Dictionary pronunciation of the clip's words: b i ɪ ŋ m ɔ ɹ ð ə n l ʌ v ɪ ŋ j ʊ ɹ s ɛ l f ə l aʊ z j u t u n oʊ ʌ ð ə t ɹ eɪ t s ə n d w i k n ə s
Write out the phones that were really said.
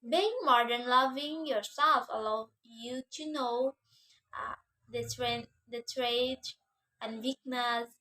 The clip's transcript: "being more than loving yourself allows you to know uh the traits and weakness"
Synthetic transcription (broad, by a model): b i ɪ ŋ m ɔ ɹ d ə n l ʌ v ɪ ŋ j ʊ ɹ s ɛ l f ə l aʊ j u t u n oʊ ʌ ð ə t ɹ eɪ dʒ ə n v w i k n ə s